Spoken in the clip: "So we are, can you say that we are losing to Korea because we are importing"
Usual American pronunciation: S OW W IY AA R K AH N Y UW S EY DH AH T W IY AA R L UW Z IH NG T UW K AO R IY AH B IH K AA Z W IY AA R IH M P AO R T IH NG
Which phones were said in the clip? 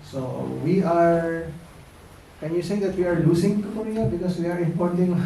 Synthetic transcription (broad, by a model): S OW W IY AA R K AH N Y UW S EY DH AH T W IY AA R L UW S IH NG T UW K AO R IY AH B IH K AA S W IY AA R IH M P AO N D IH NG